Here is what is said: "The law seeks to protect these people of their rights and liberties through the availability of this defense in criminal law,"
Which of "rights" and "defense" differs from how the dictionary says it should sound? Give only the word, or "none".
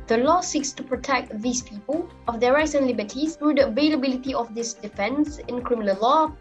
none